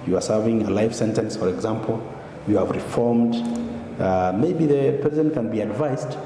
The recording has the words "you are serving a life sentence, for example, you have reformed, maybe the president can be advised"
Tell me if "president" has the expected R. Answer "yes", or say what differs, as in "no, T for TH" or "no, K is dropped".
no, R is dropped